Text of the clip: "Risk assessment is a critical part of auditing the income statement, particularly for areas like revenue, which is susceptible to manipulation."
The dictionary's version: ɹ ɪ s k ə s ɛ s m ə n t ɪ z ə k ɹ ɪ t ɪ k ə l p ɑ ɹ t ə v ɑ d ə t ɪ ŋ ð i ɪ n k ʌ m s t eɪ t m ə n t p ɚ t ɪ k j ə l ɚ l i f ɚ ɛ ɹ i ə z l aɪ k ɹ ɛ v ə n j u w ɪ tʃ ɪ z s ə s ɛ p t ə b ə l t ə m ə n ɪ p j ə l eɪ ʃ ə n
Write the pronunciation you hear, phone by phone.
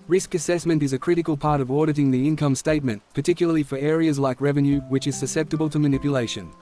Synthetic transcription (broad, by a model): ɹ ɪ s k ə s ɛ s m ə n t ɪ z ə k ɹ ɪ t ɪ k ə l p ɑ ɹ t ə v ɑ d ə t ɪ ŋ ð i ɪ n k ʌ m s t eɪ t m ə n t p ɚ t ɪ k j l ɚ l i f ɚ ɛ ɹ i ə z l aɪ k ɹ ɛ v ə n j u w ɪ tʃ ɪ z s ə s ɛ p t ə b ə l t ə m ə n ɪ p j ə l eɪ ʃ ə n